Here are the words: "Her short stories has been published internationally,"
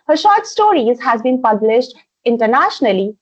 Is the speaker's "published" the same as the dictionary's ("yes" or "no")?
yes